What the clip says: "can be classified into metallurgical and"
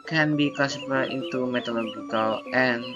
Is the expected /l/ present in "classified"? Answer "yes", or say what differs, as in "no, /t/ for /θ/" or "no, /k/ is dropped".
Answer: no, /l/ is dropped